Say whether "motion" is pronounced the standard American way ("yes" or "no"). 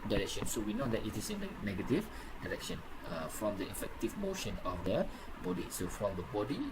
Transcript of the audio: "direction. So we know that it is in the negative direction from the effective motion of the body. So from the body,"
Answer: yes